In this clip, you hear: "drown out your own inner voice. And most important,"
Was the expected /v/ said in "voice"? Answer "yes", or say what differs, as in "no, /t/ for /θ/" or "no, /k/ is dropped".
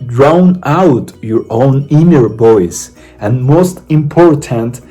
no, /b/ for /v/